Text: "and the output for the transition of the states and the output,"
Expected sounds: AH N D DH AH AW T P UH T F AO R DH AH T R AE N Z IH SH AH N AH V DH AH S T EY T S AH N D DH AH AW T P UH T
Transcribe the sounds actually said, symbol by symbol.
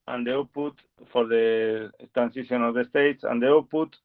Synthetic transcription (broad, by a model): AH N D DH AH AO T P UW T F AO R DH AH T R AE N S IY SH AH N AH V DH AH S T EY T S AH N D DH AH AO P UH T